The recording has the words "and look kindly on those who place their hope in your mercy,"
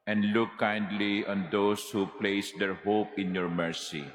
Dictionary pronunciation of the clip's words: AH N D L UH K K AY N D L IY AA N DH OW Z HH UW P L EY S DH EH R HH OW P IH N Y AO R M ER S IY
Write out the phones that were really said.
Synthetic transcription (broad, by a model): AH N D L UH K K AY N D L IY AA N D OW S HH UW P L EY S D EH R HH OW P IH N Y AO R M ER S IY